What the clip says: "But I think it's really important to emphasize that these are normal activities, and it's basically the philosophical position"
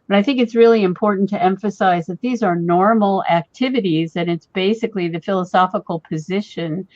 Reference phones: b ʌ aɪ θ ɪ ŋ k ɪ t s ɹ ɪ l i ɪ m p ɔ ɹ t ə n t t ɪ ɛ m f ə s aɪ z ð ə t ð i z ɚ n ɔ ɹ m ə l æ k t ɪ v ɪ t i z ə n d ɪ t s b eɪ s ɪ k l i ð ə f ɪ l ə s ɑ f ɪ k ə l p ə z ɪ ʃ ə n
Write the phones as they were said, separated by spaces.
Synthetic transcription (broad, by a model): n aɪ θ ɪ ŋ k ɪ t s ɹ ɪ l i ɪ m p ɔ ɹ t n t t ɪ ɛ m f ə s aɪ z ð ə t ð i z ɚ n ɔ ɹ m l æ k t ɪ v ɪ t i z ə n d ɪ t s b eɪ s ɪ k l i ð ə f ɪ l ə s ɑ f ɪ k l p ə z ɪ ʃ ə n